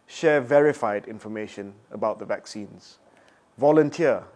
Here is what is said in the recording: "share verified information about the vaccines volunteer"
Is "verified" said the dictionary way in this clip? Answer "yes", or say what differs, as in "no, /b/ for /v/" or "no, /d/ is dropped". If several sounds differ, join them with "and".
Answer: yes